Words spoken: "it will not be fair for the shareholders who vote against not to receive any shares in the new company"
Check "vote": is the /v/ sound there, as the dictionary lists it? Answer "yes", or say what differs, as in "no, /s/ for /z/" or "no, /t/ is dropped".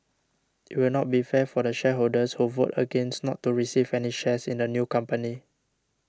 yes